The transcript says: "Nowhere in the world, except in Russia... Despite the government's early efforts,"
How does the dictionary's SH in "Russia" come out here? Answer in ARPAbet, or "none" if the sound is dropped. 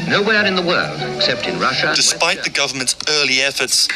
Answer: SH